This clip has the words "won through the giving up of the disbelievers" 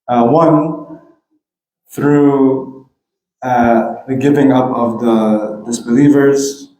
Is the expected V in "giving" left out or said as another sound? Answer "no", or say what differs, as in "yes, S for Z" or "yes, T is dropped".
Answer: no